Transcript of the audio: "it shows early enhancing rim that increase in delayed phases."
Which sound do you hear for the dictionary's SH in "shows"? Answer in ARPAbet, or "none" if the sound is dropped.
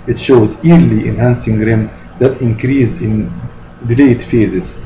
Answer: SH